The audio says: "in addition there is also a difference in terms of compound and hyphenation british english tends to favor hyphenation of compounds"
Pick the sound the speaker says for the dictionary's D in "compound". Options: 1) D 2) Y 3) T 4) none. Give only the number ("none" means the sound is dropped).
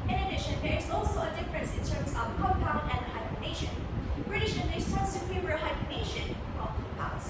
4